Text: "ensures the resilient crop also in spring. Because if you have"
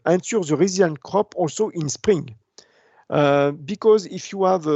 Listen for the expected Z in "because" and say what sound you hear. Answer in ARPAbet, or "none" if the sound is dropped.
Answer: Z